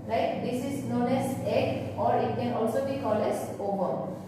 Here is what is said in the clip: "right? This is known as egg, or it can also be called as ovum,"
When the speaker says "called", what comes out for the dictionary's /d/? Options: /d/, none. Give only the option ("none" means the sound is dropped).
none